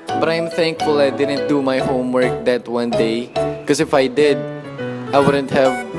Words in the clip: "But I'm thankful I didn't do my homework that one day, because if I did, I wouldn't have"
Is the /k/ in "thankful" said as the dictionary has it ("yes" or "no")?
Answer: yes